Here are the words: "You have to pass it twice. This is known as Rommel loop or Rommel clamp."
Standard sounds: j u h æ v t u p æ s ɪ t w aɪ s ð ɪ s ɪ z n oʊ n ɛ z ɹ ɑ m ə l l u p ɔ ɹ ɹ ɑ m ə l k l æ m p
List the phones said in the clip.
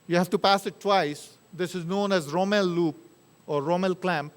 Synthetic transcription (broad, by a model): j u h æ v t u p æ s ɪ t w aɪ s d ɪ s ɪ z n oʊ n ɛ z ɹ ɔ m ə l l u p ɔ ɹ ɹ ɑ m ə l k l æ m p